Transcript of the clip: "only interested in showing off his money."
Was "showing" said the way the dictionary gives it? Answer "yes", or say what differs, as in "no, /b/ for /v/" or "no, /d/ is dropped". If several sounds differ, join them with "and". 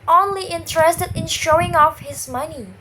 yes